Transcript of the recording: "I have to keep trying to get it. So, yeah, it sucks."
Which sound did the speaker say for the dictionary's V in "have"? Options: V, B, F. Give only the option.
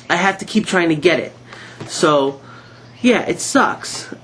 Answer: F